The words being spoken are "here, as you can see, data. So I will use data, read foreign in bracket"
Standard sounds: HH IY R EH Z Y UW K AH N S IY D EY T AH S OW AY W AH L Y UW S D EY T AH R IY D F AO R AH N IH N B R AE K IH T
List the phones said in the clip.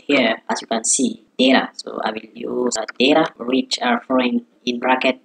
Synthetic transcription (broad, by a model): HH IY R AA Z Y UW K AH N S IY D EY T AH S OW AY W AH L Y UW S D EY T AH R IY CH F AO AH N IH N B R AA K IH T